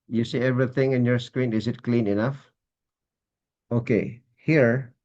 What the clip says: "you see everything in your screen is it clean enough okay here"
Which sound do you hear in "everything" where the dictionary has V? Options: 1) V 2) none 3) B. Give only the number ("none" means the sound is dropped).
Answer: 1